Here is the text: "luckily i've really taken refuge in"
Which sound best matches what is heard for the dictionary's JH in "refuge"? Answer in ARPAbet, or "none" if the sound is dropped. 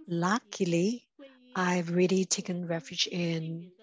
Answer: JH